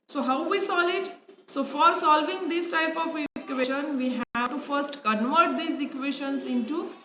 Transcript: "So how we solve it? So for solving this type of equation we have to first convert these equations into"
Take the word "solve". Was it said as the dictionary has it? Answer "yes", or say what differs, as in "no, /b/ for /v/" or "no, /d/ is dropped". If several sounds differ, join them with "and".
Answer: no, /v/ is dropped